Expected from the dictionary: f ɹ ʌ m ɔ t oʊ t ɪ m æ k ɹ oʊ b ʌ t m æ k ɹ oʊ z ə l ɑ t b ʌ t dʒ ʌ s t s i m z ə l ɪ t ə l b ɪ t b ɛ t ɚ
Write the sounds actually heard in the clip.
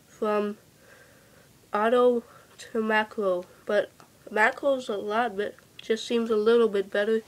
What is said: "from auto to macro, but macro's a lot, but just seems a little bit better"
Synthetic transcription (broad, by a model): f ɹ ʌ m ɔ t oʊ t ɪ m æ k oʊ b ʌ t m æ k oʊ z ə l ɑ t b ʌ t dʒ ʌ s t s i m z ə l ɪ t l b ɪ t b ɛ t ɚ